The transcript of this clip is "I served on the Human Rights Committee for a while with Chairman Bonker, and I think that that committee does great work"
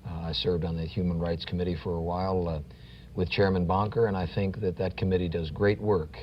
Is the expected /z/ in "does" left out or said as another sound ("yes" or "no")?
no